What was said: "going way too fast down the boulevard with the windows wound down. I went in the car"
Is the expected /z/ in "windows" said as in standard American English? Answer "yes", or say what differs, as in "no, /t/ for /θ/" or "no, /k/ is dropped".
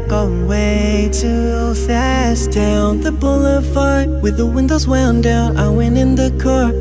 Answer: yes